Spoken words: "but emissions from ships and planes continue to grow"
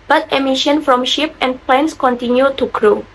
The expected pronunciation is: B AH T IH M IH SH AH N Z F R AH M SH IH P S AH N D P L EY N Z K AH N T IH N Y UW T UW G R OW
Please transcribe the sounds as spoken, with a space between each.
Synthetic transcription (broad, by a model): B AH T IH M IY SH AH N F R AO M SH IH P AH N P L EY N S K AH N T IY N Y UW T UW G R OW